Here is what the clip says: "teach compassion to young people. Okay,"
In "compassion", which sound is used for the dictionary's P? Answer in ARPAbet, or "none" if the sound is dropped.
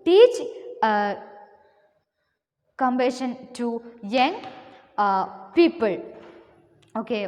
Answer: B